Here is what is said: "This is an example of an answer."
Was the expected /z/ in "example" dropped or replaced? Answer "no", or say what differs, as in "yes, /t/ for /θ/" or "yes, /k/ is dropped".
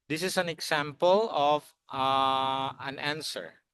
yes, /s/ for /z/